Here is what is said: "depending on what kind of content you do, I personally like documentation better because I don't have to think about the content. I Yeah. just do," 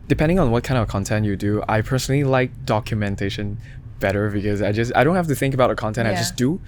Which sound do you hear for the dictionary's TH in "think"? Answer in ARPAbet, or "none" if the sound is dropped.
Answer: TH